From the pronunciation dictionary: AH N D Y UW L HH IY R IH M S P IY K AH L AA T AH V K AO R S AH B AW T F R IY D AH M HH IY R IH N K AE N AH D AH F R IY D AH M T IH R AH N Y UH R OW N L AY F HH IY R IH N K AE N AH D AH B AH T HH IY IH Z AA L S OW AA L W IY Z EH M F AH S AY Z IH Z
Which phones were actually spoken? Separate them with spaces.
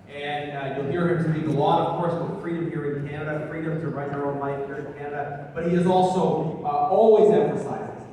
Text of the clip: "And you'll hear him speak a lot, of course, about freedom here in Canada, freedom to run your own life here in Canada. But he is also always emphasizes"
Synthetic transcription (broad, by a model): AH N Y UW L HH IY R IH M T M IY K AH L AA T AH V K AO R S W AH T F R IY D AH M HH IY R IH N K AE N AH D AH F R IY D AH M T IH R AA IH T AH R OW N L AY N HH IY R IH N K AE N AH D AH B AH T HH IY IH Z AA L S OW AA L W IY Z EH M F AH S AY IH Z